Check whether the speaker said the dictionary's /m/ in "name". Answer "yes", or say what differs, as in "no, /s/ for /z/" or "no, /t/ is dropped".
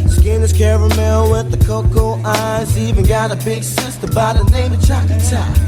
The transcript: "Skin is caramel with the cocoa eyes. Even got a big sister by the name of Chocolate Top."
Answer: no, /m/ is dropped